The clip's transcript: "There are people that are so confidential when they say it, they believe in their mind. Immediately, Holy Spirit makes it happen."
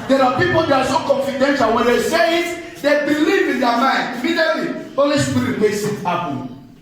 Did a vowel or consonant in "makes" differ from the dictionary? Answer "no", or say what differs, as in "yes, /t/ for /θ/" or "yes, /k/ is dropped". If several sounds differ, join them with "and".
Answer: yes, /k/ is dropped